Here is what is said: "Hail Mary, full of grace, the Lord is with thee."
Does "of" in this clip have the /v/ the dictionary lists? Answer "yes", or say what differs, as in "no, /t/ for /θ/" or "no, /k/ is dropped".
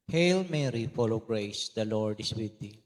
no, /w/ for /v/